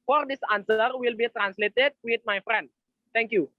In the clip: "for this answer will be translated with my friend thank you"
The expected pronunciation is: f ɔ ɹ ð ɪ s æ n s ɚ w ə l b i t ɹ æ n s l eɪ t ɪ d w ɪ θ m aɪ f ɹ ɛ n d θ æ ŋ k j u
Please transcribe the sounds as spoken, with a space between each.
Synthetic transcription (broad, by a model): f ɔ ɹ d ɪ s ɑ n s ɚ w ə l b i t ɹ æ n s l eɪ t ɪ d w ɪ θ m aɪ f ɹ ɛ n d t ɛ ŋ k j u